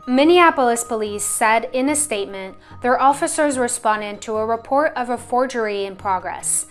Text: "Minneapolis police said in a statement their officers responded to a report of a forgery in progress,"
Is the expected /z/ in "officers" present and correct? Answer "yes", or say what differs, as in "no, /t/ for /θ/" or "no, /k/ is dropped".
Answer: yes